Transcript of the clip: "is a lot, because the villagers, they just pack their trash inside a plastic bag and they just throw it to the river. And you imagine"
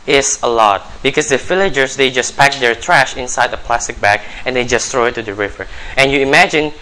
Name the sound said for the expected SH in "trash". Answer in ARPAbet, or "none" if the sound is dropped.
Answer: SH